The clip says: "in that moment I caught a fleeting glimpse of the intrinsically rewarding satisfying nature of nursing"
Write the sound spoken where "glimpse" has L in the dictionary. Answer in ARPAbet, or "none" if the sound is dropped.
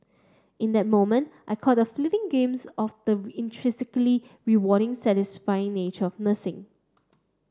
none